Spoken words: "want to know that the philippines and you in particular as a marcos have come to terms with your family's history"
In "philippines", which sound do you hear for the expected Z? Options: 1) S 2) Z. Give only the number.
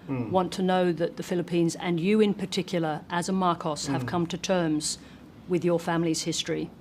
2